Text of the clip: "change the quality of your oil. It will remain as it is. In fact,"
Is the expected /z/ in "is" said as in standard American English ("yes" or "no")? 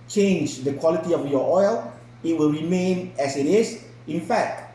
no